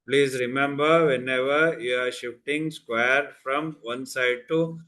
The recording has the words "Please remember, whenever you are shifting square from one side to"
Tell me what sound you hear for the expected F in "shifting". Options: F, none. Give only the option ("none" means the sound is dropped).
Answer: none